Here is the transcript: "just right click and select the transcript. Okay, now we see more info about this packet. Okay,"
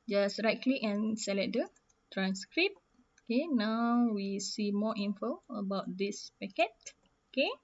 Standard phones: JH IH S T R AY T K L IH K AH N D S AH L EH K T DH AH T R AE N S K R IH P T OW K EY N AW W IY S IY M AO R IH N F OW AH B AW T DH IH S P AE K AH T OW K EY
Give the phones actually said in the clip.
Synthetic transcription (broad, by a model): JH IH S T R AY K L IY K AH N S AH L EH T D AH T R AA N S K R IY P OW K EY N AW W IY S IY M AO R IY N F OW AH B AW T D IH S P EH K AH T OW K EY